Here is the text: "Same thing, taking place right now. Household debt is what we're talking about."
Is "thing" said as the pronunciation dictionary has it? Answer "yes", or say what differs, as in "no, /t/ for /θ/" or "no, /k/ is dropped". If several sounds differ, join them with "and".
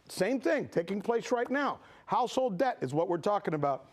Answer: yes